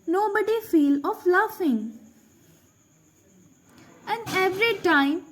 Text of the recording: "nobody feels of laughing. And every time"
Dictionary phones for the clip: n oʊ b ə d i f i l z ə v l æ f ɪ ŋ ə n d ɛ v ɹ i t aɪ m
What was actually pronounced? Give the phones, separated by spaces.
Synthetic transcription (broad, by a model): n oʊ b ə d i f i l ə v l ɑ f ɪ ŋ ə n d ɛ v ɹ i t aɪ m